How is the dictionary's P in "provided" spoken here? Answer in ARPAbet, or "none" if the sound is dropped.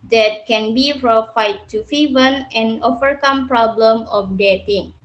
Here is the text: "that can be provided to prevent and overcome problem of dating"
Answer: F